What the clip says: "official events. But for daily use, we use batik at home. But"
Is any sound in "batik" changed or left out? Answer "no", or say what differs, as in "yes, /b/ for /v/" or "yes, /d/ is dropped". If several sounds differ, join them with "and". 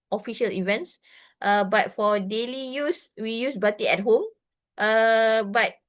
yes, /k/ is dropped